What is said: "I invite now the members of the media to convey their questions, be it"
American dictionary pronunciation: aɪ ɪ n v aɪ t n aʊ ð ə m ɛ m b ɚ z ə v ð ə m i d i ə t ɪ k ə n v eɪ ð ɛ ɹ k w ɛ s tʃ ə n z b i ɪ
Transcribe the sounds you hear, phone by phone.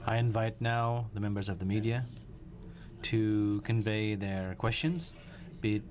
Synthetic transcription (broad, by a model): aɪ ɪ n v aɪ t n aʊ ð ə m ɛ m b ɚ z ə v ð ə m i d i ə t ɪ k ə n v eɪ ð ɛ ɹ k w ɛ s tʃ ə n z b i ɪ